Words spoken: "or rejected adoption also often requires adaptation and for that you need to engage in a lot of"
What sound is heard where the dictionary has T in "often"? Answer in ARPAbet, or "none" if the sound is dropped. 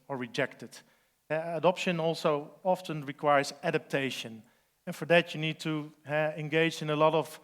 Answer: T